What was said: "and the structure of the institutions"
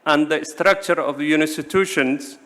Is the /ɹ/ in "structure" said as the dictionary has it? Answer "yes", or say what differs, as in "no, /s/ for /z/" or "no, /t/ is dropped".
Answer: yes